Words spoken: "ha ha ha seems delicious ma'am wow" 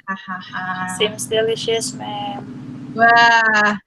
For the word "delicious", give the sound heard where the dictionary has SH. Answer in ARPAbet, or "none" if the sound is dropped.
SH